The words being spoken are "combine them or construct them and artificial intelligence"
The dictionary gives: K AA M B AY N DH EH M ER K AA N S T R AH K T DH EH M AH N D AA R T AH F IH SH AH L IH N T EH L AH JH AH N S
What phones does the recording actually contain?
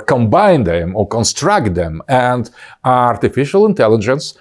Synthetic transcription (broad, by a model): K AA M B AY N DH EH M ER K AA N S T R AH K T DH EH M AH N D AA R T AH F IH SH AH L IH N T EH L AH JH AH N S